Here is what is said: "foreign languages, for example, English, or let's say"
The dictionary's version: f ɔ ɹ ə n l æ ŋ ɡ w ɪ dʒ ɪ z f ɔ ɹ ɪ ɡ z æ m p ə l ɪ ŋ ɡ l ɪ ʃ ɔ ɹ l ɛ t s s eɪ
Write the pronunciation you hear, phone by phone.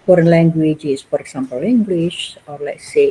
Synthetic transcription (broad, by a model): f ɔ ɹ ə n l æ ŋ ɡ w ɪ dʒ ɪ s f ɔ ɹ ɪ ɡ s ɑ m p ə l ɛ ŋ ɡ w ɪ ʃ ɔ ɹ l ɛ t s s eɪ